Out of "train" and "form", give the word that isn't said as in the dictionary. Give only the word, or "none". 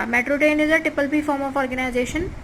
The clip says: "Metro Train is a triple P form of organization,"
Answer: train